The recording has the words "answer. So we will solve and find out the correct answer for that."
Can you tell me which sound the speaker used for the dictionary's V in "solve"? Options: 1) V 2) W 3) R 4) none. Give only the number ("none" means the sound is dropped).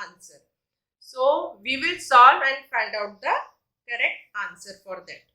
4